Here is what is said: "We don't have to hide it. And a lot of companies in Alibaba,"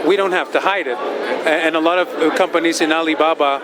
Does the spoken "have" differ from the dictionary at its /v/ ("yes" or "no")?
yes